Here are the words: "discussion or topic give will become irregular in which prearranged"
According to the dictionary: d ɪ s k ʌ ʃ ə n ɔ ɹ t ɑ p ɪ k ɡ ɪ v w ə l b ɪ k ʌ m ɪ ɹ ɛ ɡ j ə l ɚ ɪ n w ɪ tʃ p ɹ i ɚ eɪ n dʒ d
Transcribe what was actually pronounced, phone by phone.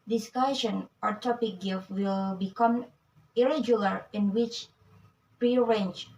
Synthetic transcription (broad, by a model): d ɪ s k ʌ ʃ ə n ɔ ɹ t ɑ p ɪ k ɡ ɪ f w ə l b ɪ k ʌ m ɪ ɹ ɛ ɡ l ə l ɪ n w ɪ tʃ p ɹ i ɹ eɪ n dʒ